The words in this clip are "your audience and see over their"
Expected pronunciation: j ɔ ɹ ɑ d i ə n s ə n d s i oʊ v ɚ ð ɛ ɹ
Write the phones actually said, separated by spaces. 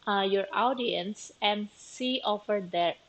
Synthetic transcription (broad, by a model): j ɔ ɹ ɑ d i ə n s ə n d s i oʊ f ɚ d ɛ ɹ